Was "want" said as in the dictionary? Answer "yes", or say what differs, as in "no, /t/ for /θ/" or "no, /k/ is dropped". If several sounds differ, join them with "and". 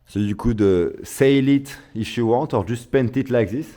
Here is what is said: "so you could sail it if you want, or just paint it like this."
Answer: no, /n/ is dropped